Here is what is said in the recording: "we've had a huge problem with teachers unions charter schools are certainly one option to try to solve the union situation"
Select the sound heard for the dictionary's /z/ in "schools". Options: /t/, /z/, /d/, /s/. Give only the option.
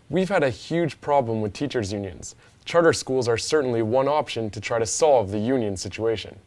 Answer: /z/